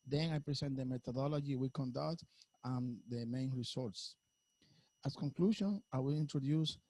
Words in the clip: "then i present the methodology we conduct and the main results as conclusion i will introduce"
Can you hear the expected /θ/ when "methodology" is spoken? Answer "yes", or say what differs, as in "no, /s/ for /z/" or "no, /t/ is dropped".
no, /t/ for /θ/